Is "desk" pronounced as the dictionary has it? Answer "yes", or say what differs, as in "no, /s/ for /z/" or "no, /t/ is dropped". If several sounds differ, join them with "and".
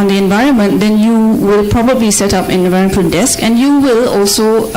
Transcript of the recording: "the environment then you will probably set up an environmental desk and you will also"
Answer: yes